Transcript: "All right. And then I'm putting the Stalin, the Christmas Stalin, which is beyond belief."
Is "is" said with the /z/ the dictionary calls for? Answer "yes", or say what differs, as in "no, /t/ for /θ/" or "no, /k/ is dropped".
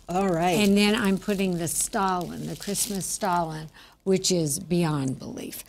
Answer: yes